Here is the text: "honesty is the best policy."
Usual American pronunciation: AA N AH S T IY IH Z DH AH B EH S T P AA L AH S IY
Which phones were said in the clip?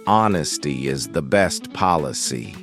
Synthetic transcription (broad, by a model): AA N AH S T IY IH Z DH AH B EH S T P AA L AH S IY